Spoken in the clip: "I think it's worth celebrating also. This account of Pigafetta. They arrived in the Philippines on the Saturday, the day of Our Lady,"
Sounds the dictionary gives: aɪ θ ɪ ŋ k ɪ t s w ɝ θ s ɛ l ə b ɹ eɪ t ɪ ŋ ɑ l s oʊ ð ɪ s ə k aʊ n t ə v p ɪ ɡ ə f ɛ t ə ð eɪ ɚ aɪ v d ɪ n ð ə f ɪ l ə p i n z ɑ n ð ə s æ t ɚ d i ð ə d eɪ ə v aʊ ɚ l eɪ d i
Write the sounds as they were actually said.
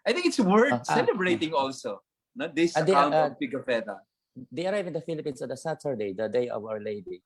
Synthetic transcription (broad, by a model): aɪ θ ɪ ŋ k ɪ t s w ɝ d s ɛ l ə b ɹ eɪ t ɪ ŋ ɑ l s oʊ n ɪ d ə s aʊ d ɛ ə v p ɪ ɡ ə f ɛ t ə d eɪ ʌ aɪ v ɪ n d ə f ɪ l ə p i n s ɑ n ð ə s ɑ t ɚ d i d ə d eɪ ə v aʊ ɚ l eɪ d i